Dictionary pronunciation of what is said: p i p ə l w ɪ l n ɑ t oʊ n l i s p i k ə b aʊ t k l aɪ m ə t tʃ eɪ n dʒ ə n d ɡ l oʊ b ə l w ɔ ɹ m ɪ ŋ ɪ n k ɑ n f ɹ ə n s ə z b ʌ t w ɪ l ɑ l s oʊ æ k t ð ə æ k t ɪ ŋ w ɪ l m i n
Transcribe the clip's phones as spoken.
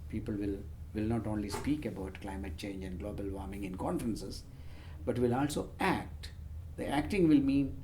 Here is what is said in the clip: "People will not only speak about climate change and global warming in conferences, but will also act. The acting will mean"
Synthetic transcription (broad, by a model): p i p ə l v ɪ l n ɑ t oʊ n l i s p i k ə b aʊ t k l aɪ m ə t tʃ eɪ n dʒ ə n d ɡ l oʊ b ə l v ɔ ɹ m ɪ ŋ ɪ n k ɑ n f ɹ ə n s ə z b ʌ t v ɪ l ɑ l s oʊ æ k t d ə æ k t ɪ ŋ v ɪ l m i n